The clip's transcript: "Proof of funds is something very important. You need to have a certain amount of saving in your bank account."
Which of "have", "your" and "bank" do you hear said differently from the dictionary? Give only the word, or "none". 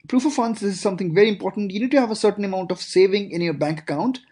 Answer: none